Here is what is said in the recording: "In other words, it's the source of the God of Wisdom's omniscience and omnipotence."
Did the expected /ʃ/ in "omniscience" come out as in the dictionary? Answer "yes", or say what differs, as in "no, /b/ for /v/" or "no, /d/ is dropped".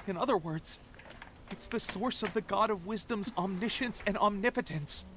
yes